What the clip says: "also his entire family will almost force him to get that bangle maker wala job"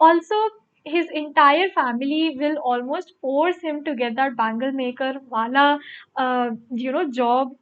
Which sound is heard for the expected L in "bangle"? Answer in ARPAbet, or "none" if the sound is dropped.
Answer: L